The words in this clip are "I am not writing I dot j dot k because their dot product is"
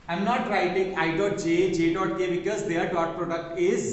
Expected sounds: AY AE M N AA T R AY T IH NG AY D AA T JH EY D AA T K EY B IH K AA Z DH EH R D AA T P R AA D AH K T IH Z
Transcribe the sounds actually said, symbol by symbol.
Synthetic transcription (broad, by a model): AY M N AA T R AY T IH NG AY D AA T JH EY D AA T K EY B IH K AA Z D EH R D AA T P R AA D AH K T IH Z